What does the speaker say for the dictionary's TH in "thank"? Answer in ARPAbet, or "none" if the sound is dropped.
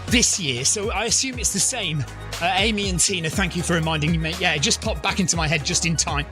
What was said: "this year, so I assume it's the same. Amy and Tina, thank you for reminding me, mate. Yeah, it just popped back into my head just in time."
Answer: TH